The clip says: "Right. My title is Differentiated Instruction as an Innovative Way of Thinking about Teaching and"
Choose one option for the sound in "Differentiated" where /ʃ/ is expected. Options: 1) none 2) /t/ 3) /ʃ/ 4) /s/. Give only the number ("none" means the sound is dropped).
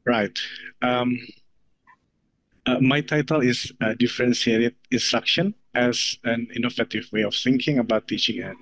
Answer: 4